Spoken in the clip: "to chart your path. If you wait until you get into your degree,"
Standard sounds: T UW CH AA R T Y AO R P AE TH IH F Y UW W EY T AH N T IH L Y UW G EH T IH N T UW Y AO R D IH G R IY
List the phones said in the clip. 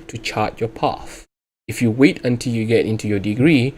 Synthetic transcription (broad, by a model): T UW CH AA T Y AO P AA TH IH F Y UW W EY T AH N T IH L Y UW G EH T IH N T UW Y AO D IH G R IY